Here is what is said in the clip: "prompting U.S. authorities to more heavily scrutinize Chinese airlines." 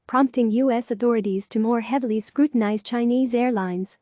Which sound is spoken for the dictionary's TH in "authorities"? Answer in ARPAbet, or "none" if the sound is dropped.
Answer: TH